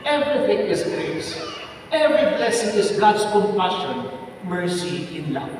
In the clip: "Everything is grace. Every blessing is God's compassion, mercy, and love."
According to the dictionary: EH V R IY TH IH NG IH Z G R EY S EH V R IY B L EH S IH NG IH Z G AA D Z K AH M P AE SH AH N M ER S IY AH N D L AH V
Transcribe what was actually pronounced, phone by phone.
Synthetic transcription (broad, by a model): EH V R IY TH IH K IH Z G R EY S EH V R IY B L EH S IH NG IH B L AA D S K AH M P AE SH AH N M ER S IY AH N L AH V